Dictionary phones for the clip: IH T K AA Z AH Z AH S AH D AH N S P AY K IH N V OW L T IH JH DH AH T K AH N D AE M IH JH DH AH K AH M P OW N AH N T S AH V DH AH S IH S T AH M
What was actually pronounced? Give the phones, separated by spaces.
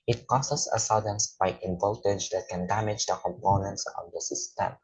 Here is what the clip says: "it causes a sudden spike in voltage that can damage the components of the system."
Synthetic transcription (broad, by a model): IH T K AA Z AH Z AH S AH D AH N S B AY IH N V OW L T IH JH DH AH T K AH N D AE M IH JH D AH K AH M P OW N AH N T S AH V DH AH S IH S T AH M